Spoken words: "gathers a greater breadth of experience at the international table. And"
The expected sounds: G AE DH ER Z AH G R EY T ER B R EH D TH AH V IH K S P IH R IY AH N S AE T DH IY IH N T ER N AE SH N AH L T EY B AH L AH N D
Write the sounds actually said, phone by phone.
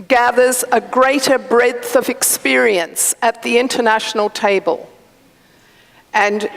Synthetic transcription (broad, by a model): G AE DH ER Z AH G R EY T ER B R EH D TH AH V IH K S P IH R IY AH N S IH T DH IY IH N T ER N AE SH N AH L T EY B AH L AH N